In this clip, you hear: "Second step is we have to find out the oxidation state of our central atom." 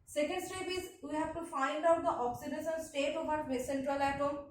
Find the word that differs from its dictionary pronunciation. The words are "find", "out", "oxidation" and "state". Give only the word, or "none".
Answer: oxidation